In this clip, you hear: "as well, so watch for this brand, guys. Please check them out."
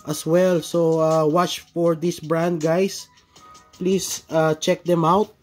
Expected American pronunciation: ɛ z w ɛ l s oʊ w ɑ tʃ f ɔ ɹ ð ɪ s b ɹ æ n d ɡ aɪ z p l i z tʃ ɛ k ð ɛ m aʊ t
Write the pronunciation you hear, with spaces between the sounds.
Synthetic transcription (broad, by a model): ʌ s w ɛ l s oʊ w ɑ tʃ f ɔ ɹ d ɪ s b ɹ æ n d ɡ aɪ s p l i s tʃ ɛ k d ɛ m aʊ t